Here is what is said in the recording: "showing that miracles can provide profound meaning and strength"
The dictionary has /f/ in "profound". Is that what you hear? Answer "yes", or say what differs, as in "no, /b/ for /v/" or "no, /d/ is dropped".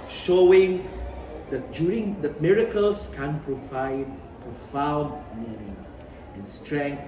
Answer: yes